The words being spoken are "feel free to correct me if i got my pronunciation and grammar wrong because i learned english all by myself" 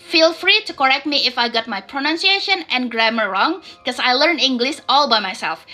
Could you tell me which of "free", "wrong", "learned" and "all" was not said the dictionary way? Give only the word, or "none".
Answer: learned